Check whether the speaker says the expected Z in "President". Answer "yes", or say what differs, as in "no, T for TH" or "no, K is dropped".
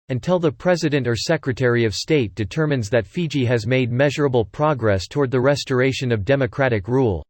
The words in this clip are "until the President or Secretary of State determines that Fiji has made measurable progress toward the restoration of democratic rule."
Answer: yes